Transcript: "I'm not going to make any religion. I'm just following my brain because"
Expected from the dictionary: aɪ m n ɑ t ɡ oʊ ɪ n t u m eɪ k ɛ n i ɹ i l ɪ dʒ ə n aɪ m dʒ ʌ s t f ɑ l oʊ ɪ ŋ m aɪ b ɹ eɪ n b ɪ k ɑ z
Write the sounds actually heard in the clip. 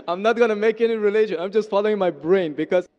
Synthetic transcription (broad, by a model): aɪ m n ɑ t ɡ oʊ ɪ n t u m eɪ k ɛ n i ɹ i l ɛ ʃ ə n aɪ m dʒ ʌ s t f ɑ l oʊ ɪ ŋ m aɪ b ɹ eɪ n b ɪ k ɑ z